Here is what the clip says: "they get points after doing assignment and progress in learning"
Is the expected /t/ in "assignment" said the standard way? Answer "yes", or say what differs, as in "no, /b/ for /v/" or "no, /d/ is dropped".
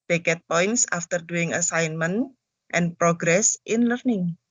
yes